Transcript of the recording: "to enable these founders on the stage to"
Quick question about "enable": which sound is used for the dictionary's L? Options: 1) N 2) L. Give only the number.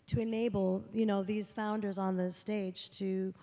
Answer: 1